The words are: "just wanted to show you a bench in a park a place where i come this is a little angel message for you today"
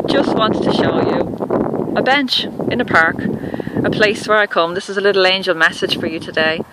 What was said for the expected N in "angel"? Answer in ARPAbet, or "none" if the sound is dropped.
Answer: N